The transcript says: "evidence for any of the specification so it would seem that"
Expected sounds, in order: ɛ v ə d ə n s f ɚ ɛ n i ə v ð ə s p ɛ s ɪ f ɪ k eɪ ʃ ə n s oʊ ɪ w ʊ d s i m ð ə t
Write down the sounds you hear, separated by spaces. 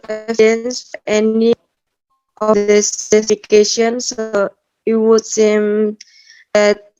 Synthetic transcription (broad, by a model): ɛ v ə n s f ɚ ɛ n i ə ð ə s ɛ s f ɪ k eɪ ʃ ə n s oʊ ɪ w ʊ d s i m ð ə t